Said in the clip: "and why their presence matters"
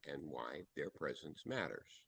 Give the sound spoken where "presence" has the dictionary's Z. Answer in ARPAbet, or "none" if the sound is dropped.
Z